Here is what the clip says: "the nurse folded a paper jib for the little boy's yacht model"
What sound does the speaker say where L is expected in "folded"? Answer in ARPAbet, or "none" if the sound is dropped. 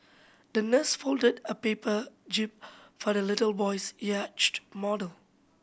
L